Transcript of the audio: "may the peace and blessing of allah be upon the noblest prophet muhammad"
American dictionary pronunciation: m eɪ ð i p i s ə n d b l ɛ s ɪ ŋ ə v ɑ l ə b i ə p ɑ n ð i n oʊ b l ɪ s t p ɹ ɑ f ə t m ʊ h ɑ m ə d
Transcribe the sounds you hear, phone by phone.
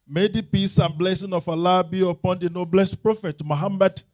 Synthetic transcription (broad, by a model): m eɪ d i p i s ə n b l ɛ s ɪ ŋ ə f ɑ l ə b i ə p ɑ n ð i n oʊ b l ɪ s t p ɹ ɑ f ə t m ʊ h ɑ m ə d